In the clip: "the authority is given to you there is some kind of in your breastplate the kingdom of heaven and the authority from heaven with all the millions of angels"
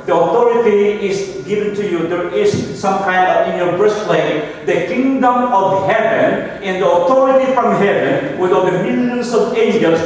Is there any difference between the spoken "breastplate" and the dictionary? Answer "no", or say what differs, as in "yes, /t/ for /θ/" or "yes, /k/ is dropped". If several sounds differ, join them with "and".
yes, /p/ is dropped